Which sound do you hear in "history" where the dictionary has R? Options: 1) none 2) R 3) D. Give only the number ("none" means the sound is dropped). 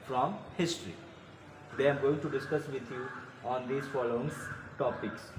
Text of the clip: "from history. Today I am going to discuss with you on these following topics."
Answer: 1